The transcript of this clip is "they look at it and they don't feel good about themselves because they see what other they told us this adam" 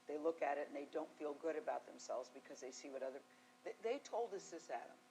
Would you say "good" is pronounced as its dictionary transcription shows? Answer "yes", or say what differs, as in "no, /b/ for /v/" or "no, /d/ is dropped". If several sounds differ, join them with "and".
yes